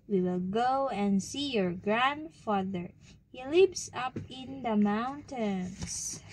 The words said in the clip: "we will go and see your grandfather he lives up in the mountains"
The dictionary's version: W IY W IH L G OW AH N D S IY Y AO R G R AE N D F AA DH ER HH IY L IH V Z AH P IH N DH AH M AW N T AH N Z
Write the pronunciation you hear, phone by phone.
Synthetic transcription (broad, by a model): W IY W IH L G OW AH N D S IY Y AO R G R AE N D F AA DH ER HH IY L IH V S AH P IH N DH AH M AW N T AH N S